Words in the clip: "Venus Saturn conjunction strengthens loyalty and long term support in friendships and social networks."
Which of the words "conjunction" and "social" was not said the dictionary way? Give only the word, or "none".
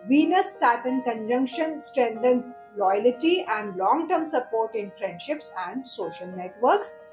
none